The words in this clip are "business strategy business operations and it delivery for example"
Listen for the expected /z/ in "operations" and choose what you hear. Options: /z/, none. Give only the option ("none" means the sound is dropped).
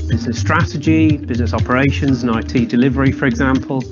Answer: /z/